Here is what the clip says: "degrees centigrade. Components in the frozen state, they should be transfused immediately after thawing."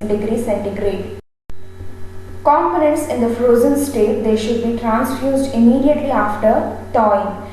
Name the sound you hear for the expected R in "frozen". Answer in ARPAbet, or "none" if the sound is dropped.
R